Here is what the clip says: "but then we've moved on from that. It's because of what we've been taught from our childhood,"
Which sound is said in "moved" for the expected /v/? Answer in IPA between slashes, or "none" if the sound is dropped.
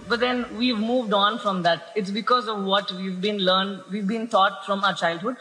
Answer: /v/